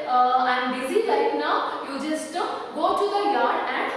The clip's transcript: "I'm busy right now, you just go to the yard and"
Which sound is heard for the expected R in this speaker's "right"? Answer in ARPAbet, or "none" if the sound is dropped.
L